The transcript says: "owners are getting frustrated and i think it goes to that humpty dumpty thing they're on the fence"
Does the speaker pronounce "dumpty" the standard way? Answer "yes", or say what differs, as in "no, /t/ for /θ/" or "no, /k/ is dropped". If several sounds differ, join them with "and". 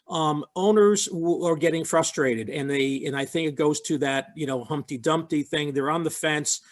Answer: yes